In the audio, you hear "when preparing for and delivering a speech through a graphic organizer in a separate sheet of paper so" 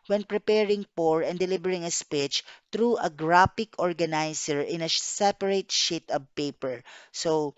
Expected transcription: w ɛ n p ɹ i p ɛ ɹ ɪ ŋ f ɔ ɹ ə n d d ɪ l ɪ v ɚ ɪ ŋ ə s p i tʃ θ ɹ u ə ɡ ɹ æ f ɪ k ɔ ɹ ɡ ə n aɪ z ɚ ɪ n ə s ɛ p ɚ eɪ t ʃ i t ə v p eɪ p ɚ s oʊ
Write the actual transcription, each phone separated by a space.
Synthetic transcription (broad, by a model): w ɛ n p ɹ i p ɛ ɹ ɪ ŋ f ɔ ɹ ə n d d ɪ l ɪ b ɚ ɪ ŋ ə s p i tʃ t ɹ u ə ɡ ɹ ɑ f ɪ k ɔ ɹ ɡ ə n aɪ s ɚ ɪ n ə s ɛ p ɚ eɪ t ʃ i t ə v p eɪ p ɚ s oʊ